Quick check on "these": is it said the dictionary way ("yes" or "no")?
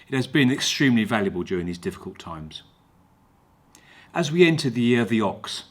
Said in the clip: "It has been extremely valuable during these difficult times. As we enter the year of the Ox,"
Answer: yes